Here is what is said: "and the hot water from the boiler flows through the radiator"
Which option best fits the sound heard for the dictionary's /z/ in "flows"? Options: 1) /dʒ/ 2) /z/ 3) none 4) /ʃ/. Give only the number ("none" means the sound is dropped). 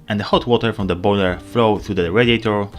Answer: 3